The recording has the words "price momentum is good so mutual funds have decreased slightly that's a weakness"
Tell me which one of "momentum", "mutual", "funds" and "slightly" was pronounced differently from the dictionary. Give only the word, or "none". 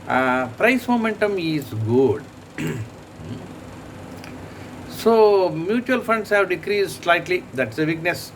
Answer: funds